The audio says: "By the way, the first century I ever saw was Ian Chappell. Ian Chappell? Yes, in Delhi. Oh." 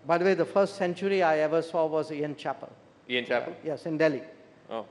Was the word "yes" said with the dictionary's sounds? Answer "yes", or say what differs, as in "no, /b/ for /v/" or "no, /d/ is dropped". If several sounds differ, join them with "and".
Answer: yes